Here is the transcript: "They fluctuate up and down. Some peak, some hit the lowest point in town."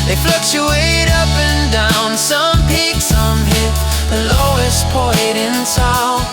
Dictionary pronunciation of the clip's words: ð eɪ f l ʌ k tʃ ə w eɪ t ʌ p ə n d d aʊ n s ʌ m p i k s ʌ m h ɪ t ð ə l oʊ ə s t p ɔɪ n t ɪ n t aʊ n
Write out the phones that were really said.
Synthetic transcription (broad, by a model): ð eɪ f l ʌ k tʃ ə eɪ t ʌ p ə n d d aʊ n s ʌ m p i k s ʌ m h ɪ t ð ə l oʊ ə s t p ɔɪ t ɪ n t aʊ